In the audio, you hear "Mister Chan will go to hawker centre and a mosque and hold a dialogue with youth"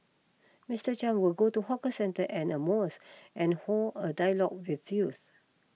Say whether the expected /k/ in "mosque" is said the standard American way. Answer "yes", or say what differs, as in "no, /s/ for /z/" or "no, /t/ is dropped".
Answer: no, /k/ is dropped